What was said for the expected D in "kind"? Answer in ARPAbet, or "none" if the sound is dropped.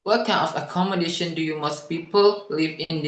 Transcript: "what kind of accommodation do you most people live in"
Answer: none